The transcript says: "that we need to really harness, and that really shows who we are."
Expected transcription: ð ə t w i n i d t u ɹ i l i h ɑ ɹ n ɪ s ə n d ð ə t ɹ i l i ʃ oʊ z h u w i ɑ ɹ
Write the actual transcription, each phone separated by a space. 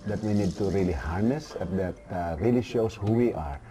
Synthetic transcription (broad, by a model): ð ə t w i n i d t u ɹ i l i h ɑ ɹ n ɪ s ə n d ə t ɹ i l i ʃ oʊ s h u w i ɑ ɹ